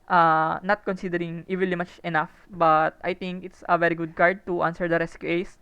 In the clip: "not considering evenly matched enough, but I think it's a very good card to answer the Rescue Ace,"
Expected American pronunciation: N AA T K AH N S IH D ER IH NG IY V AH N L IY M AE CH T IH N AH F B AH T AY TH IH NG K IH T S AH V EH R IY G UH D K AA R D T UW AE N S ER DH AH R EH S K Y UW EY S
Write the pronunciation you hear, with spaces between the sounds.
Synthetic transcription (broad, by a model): N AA T K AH N S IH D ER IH NG IY V AH N L IY M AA CH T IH N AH F B AH T AY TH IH NG K IH T S AH V EH R IY G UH D K AA R D T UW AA N S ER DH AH R EH S K Y UW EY S